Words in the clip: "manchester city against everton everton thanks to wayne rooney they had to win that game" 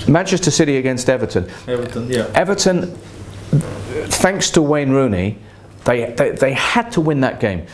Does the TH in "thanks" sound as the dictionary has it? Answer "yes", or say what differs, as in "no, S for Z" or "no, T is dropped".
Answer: yes